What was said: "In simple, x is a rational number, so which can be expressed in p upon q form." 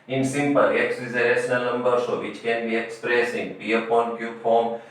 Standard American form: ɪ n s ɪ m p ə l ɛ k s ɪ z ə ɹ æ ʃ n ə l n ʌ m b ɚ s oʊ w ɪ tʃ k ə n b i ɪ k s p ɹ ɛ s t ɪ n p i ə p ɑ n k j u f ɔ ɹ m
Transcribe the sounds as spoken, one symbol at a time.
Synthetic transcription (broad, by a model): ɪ n s ɪ m p ə l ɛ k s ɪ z ə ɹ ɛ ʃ n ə l n ʌ m b ɚ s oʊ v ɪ tʃ k ə n b i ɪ k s p ɹ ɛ s ɪ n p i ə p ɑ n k j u f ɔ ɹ m